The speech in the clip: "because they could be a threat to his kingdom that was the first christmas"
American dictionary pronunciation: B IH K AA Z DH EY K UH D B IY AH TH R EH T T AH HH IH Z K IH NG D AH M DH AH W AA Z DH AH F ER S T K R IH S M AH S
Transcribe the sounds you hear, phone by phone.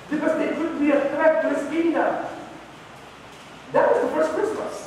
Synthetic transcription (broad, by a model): B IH K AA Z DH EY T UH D B IY AH T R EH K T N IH S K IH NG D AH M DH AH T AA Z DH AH F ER S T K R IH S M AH S